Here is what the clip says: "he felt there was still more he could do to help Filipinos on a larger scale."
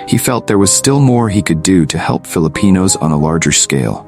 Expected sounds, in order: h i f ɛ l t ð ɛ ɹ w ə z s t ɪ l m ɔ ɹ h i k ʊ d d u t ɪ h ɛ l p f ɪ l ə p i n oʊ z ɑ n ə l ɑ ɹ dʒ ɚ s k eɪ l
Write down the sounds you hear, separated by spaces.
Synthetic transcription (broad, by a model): h i f ɛ l t ð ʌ ɹ w ə z s t ɪ l m ɔ ɹ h i k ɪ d d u t ɪ h ɛ l p f ɪ l ə p i n oʊ z n ə l ɑ ɹ dʒ ɚ s k eɪ l